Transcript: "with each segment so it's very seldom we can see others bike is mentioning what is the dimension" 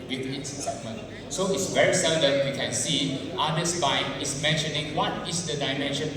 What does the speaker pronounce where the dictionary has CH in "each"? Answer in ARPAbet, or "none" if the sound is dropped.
S